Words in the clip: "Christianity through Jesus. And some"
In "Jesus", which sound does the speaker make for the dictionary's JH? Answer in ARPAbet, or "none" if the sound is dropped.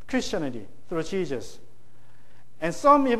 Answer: CH